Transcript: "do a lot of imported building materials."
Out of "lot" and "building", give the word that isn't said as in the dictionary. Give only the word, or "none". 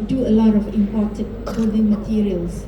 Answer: building